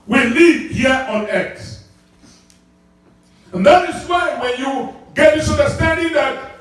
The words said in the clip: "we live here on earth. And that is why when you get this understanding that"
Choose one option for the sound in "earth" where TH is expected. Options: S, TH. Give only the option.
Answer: S